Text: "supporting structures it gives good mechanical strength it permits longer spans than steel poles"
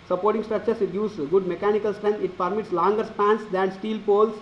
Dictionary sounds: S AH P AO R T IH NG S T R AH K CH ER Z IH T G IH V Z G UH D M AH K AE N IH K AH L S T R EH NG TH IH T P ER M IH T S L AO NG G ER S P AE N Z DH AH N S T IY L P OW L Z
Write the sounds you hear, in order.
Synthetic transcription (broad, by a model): S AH P AO R T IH NG S T R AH K CH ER S IH T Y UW Z G UH D M AH K AE N IH K AH L S T R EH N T IH T P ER M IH T S L AO NG G ER S P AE N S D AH N S T IY L P OW L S